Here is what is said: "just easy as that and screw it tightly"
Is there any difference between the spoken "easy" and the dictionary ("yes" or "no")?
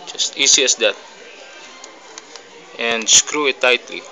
yes